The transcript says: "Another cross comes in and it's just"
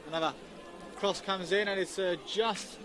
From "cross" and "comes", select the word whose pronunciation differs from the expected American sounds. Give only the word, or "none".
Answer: none